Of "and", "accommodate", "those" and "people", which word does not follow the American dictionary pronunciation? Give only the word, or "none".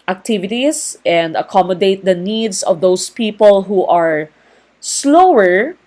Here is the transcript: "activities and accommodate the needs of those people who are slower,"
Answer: those